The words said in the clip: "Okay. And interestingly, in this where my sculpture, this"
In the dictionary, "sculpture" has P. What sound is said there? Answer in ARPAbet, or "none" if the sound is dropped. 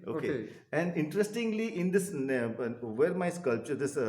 P